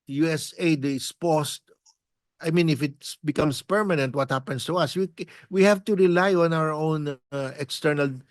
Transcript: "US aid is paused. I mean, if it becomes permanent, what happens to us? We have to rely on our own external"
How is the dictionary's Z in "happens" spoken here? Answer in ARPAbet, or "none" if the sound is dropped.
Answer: S